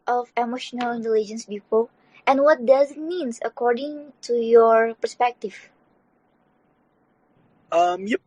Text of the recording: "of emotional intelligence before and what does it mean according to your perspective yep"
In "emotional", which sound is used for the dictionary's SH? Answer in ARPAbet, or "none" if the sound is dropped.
SH